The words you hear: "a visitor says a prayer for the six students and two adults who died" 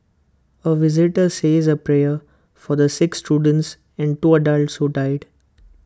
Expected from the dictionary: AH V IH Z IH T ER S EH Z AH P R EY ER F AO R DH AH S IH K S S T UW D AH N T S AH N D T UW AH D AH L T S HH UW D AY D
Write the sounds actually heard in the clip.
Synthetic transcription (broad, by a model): AH V IH Z IH T ER S EH Z AH P R EY ER F AO R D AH S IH K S S T UW D AH N T S AH N D T UW AH D AH L T S HH UW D AY D